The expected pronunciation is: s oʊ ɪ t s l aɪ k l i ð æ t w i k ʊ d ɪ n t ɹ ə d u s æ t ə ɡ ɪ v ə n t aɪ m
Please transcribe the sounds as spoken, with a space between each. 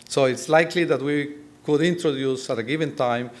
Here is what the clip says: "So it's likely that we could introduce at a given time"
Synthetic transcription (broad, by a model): s oʊ ɪ t s l aɪ k l i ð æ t w i k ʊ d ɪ n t ɹ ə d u s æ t ə ɡ ɪ v ə n t aɪ m